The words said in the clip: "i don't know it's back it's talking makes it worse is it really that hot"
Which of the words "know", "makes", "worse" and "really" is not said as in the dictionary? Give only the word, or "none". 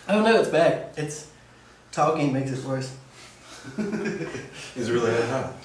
none